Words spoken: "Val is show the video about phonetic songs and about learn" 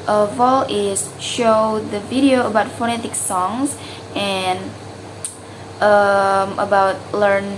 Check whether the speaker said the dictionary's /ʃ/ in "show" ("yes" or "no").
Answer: yes